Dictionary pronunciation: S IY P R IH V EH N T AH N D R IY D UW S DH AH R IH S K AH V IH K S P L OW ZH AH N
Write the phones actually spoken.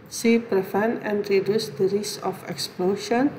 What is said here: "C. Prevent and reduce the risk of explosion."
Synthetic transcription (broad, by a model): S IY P R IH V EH N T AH N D R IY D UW S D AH R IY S AH F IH K S P L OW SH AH N